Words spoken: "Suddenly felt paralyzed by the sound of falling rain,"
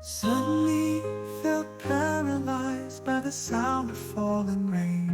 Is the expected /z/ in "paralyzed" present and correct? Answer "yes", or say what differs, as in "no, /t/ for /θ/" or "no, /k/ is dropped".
yes